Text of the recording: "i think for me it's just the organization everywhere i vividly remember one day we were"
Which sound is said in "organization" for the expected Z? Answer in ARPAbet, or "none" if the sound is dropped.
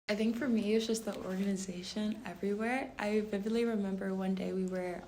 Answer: Z